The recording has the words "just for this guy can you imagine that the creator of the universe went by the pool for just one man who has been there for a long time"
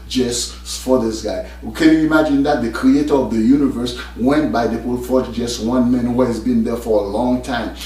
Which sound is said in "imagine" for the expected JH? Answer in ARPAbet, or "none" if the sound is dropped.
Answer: JH